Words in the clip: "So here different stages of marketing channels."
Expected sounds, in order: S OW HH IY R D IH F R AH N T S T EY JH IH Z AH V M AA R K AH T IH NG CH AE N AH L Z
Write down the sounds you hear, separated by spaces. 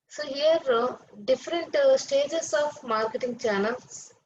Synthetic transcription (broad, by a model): S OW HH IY R D IH F R AH N T S T EY JH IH S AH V M AA R K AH T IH NG CH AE N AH L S